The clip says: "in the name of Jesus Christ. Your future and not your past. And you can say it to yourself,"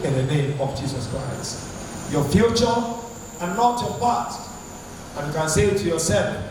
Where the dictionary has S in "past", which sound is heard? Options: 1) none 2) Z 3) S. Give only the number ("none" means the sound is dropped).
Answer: 1